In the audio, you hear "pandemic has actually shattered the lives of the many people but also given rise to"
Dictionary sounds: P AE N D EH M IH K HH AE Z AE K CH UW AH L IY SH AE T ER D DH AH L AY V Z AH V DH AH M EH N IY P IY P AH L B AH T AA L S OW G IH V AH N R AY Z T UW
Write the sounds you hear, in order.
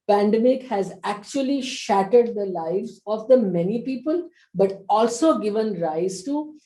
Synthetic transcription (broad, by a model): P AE N D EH M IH K HH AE Z AE K CH UW AH L IY SH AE T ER D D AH L AY V Z AH V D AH M EH N IY P IY P AH L B AH T AA L S OW G IH V AH N R AY Z T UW